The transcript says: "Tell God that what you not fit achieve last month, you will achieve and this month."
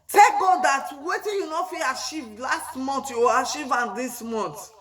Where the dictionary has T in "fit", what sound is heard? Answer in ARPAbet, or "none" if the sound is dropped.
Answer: none